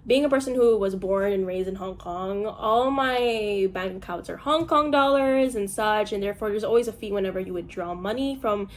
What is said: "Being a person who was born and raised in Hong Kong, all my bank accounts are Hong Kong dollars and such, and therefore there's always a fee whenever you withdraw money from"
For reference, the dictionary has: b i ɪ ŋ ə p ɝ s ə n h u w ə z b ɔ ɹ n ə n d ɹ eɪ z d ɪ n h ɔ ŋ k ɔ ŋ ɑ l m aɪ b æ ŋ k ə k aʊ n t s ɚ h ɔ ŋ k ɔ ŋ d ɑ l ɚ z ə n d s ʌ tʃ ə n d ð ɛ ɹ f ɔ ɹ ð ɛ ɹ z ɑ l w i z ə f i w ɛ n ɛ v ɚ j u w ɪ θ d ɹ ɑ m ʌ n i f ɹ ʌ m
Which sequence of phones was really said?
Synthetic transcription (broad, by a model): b i ɪ ŋ ə p ɝ s ə n h u w ə z b ɔ ɹ n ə n ɹ eɪ z d ɪ n h ɔ ŋ k ɔ ŋ ɑ l m aɪ b æ ŋ k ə k aʊ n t s ɚ h ɔ ŋ k ɔ ŋ d ɑ l ɚ z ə n s ʌ tʃ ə n ð ɛ ɹ f ɔ ɹ ð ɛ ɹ z ɑ l w i z ə f i w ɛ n ɛ v ɚ j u w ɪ d ɹ ɑ m ʌ n i f ɹ ʌ m